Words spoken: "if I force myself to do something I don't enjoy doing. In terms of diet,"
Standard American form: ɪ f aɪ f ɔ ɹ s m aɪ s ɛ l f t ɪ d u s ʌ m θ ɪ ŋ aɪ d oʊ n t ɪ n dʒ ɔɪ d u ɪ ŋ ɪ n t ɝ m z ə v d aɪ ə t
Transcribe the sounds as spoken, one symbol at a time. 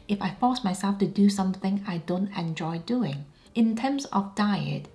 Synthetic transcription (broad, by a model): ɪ f aɪ f ɔ ɹ s m aɪ s ɛ l f t ɪ d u s ʌ m θ ɪ ŋ aɪ d oʊ n t ɪ n dʒ ɔɪ d u ɪ ŋ ɪ n t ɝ m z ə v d aɪ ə t